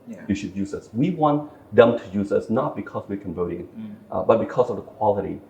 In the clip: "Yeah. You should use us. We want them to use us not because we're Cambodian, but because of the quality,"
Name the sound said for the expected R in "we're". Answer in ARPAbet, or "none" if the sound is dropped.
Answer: R